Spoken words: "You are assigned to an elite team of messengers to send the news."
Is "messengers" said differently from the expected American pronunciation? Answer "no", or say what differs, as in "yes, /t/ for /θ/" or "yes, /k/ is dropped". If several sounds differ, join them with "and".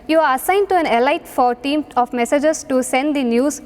yes, /n/ is dropped